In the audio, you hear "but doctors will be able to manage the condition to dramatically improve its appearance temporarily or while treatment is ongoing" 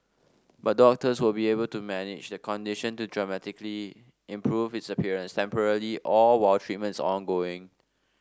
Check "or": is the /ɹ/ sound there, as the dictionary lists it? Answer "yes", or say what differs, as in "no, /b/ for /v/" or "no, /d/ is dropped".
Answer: no, /l/ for /ɹ/